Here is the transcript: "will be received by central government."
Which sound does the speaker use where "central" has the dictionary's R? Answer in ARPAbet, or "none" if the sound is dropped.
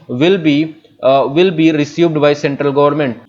R